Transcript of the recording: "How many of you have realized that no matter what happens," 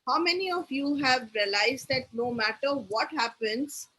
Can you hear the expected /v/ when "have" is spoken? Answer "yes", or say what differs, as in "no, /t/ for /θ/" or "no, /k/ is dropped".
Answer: yes